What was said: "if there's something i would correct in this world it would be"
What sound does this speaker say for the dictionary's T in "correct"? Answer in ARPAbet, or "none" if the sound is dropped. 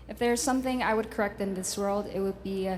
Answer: T